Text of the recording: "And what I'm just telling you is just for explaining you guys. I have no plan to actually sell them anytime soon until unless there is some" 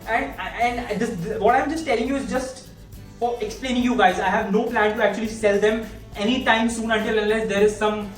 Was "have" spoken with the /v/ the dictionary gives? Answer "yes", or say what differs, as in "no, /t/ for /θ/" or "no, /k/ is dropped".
yes